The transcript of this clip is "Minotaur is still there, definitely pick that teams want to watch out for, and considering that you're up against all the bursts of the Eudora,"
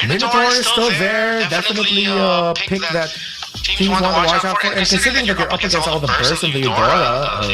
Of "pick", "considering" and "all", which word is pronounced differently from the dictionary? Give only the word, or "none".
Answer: none